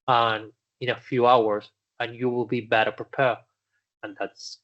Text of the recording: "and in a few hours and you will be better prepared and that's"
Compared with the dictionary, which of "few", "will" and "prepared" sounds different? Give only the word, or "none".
prepared